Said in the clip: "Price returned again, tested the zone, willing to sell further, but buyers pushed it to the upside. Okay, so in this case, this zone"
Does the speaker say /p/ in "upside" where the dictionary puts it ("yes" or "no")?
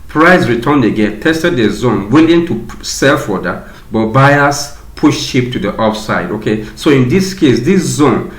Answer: no